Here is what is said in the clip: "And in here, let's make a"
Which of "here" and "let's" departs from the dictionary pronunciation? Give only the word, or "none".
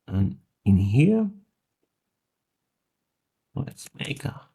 let's